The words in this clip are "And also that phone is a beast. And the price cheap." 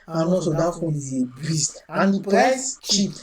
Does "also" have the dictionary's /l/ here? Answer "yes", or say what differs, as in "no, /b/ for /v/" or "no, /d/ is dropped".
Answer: no, /l/ is dropped